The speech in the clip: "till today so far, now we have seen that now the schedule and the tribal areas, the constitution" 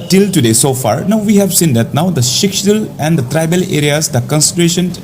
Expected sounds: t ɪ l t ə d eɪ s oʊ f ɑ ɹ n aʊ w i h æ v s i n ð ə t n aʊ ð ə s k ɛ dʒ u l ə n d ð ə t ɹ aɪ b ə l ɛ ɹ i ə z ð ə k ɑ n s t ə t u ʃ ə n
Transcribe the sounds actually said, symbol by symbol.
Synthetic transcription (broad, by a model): t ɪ l t ə d eɪ s oʊ f ɑ ɹ n aʊ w i h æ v s i n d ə t n aʊ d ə ʃ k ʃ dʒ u l ə n d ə t ɹ aɪ b ə l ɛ ɹ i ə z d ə k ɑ n s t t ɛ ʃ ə n